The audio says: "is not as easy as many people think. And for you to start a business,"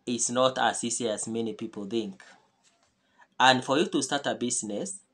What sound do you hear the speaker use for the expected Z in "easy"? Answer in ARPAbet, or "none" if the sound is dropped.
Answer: S